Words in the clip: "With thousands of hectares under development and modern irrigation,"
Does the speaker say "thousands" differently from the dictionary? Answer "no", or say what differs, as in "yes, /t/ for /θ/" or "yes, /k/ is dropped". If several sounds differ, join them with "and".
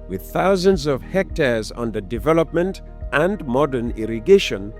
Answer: no